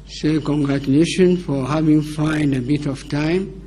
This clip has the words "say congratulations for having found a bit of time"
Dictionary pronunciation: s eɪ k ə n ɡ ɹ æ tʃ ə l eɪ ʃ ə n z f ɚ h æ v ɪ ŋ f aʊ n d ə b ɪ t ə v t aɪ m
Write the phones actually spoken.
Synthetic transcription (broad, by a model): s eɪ k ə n ɡ ɹ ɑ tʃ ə l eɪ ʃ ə n f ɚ h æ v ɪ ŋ f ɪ n d ə b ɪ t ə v t aɪ m